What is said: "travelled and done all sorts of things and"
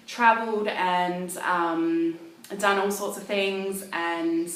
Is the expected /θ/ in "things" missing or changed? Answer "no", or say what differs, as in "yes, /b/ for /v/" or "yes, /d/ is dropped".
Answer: no